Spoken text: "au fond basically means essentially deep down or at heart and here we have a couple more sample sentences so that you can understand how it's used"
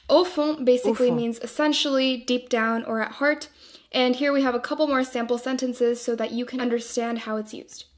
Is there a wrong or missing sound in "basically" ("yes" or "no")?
no